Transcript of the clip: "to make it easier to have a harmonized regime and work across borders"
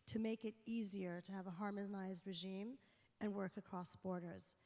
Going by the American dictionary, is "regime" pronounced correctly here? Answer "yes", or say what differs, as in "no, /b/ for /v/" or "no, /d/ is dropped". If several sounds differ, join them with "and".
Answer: yes